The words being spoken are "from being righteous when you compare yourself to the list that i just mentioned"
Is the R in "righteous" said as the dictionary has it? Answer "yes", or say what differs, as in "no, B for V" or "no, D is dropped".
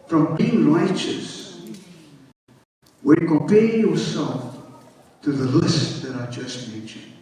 no, L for R